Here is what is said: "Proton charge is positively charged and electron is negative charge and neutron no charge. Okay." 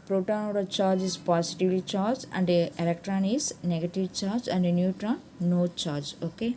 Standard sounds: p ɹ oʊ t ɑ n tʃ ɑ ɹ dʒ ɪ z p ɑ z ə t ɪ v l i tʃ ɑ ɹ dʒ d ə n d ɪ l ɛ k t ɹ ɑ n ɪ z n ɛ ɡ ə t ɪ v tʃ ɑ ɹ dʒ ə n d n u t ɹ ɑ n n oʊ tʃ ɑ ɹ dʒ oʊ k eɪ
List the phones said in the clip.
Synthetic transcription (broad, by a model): p ɹ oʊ t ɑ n tʃ ɑ ɹ dʒ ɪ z p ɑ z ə t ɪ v l i tʃ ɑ ɹ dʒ ə n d ɪ l ɛ k t ɹ ɑ n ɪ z n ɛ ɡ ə t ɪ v tʃ ɑ ɹ dʒ ə n d n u t ɹ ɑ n n oʊ tʃ ɑ ɹ dʒ oʊ k eɪ